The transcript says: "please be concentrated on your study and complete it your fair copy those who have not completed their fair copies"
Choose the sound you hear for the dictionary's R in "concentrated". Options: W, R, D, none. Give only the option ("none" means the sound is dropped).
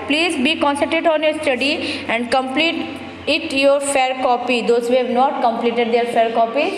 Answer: none